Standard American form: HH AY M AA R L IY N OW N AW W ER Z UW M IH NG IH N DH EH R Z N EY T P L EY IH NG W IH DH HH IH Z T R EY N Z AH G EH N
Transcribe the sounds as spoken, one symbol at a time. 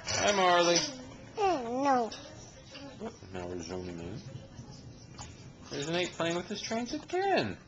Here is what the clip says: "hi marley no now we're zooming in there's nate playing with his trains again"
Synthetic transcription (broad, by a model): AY M AA R L IY N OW N AW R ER Z UW M IH NG IH N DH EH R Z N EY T P L EY IH NG W IH DH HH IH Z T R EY N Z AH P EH N